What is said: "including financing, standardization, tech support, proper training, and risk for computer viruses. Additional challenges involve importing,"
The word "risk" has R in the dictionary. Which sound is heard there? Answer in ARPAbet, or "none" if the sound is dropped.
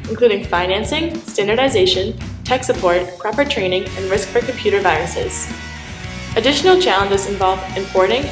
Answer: R